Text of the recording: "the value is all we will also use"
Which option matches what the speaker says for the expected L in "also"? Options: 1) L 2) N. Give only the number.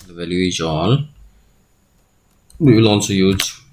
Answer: 2